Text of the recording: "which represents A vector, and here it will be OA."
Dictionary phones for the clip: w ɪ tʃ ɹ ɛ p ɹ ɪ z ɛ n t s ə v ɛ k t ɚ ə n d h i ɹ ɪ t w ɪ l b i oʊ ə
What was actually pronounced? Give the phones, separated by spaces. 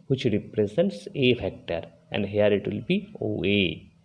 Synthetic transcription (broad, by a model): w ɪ tʃ ɹ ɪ p ɹ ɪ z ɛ n t s ə f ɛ k t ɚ ə n d h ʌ ɹ ɪ t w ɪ l b i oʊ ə